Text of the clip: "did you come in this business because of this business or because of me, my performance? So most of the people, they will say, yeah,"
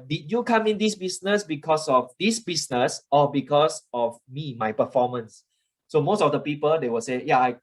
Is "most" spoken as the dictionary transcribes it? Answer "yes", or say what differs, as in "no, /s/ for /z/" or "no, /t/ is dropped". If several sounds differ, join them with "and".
yes